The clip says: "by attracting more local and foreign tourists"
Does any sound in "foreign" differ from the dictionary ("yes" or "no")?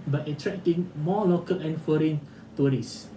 no